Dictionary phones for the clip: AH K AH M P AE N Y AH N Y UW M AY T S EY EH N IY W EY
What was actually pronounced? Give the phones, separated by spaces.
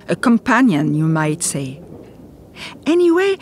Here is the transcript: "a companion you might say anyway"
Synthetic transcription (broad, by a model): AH K AH M P AE N Y AH N Y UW M AY T S EY EH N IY W EY